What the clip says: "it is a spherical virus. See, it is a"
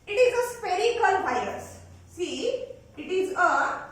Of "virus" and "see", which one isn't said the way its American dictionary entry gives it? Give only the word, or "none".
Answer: virus